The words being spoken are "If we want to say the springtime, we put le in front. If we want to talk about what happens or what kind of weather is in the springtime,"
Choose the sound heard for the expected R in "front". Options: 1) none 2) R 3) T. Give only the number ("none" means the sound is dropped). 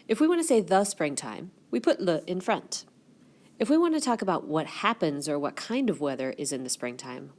2